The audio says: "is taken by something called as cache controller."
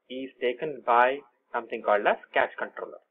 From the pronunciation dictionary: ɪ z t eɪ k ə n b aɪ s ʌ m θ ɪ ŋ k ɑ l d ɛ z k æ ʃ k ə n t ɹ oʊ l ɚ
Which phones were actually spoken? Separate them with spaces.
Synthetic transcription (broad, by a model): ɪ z t eɪ k ə n b aɪ s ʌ m t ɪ ŋ k ɑ l d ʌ s k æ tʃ k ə n t ɹ oʊ l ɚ